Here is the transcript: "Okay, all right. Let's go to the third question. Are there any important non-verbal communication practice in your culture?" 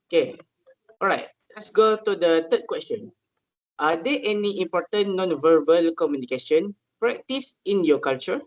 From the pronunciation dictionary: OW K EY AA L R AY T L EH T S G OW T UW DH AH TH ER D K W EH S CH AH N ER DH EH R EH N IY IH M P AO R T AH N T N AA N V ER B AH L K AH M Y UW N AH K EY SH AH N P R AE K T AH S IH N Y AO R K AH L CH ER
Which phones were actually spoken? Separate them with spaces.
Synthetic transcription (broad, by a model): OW K EY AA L R AY T L EH T S G OW T UW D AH T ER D K W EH S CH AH N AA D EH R EH N IY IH M P AO T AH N N AA N V ER B AH L K AH M Y UW N AH K EY SH AH N P R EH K T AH S IH N Y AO K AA L CH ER